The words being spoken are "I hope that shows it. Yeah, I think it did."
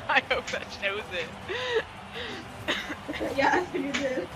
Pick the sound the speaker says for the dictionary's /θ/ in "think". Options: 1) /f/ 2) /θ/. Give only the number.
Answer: 1